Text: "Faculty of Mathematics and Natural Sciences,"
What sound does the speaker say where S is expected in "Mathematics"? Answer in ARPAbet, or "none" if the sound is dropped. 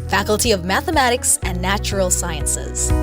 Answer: S